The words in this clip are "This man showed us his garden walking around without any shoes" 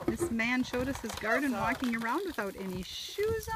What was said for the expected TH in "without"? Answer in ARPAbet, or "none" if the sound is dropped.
TH